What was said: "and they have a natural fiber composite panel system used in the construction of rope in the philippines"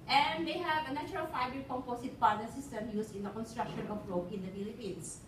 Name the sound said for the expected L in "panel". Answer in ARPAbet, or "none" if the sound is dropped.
N